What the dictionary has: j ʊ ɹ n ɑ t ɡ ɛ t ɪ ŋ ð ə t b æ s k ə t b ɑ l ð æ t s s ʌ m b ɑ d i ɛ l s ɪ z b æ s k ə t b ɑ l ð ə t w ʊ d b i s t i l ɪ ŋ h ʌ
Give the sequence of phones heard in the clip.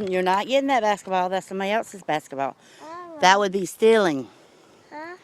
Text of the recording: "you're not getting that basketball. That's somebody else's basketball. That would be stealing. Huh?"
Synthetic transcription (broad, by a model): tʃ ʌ ɹ n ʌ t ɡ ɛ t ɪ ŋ ð ə t b æ s k ə t b ɑ l ð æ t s s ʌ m ɑ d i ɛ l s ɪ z b æ s k ə t b ɑ l ð ə t w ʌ d b i s t i l ɪ ŋ